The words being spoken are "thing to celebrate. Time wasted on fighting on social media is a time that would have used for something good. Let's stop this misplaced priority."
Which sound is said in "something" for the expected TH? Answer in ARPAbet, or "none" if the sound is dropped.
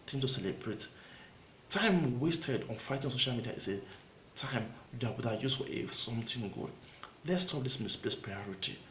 T